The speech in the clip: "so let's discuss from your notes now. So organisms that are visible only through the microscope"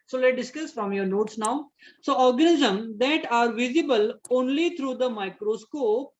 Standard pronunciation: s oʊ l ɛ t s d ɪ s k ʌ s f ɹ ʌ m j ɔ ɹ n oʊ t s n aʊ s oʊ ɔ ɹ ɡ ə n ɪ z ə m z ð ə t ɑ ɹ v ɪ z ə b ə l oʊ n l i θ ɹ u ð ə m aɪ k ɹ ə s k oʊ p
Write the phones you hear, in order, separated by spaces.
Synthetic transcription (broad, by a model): s oʊ l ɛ t d ɪ s k ʌ s f ɹ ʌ m j ɔ ɹ n oʊ t s n aʊ s oʊ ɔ ɹ ɡ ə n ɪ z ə m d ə t ɑ ɹ v ɪ z ə b ə l oʊ n l i t ɹ u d ə m aɪ k ɹ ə s k oʊ p